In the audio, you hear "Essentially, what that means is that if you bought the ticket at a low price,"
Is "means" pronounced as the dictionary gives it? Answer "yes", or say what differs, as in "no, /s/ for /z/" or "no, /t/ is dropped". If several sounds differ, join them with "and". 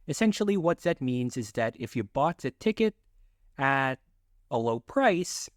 yes